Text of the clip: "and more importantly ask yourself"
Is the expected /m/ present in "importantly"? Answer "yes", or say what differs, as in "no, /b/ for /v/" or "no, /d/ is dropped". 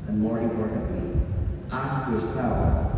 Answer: no, /m/ is dropped